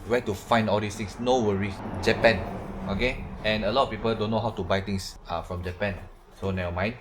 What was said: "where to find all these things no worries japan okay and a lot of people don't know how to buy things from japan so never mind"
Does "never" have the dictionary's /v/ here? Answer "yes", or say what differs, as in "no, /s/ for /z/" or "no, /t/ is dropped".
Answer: no, /v/ is dropped